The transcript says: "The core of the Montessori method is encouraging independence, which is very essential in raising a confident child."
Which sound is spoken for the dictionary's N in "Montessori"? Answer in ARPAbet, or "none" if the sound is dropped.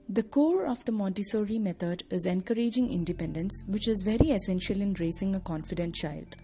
none